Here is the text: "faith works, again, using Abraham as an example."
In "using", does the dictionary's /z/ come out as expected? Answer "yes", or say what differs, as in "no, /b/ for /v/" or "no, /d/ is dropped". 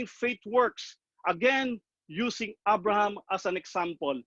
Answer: no, /s/ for /z/